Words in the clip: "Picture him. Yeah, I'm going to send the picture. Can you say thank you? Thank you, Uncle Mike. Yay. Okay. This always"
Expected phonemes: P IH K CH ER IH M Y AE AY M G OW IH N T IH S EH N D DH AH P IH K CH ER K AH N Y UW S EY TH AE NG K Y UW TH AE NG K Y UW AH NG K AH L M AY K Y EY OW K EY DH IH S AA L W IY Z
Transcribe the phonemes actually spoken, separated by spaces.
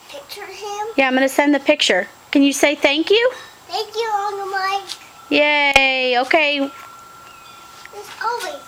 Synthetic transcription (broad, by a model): P IH K CH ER IH M Y AE AY M G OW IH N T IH S EH N DH AH P IH K CH ER K AH N Y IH S EY TH AE NG K Y UW TH AE NG K Y UW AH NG AH M AY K Y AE OW K EY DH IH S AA L W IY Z